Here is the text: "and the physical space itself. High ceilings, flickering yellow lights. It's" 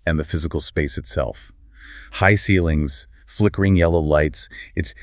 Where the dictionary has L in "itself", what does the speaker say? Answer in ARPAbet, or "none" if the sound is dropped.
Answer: L